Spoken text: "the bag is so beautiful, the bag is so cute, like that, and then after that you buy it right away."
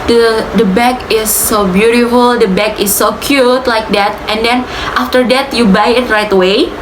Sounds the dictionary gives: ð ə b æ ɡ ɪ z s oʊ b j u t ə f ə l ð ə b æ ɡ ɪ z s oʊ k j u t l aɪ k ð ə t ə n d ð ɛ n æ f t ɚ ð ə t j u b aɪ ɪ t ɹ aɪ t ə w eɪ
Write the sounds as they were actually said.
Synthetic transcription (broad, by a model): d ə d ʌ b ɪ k s oʊ b j u t ə f ə l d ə b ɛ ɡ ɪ s oʊ k j u t l aɪ k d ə t ə n d ɛ n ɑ f t ɚ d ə t j u b aɪ ɪ t ɹ aɪ t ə w eɪ